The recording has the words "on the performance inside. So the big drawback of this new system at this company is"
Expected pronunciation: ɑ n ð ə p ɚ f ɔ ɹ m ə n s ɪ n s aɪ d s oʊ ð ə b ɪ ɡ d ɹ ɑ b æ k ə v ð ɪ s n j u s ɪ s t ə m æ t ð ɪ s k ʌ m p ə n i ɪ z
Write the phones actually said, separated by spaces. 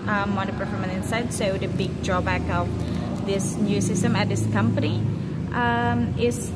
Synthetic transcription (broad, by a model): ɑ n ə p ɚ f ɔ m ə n ɪ n s aɪ d s oʊ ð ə b ɪ ɡ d ɹ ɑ b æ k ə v ð ɪ s n j u s ɪ s t ə m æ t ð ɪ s k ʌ m p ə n i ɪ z